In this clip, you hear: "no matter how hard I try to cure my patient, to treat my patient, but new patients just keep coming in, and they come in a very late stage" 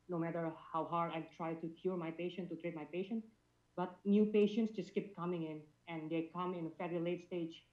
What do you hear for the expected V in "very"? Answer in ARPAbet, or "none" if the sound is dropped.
F